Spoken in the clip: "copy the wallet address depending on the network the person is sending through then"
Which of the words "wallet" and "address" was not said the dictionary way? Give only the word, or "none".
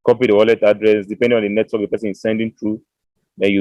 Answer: none